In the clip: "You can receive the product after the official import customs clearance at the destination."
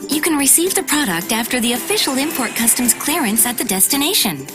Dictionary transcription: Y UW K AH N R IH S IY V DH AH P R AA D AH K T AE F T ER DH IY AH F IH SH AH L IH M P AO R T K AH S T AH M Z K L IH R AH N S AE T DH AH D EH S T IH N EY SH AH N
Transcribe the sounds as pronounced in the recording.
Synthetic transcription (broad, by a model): Y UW K AH N R IH S IY V DH AH P R AA D AH K T AE F T ER DH IY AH F IH SH L IH M P AO R T K AH S T AH M Z K L IH R AH N S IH T DH AH D EH S T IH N EY SH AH N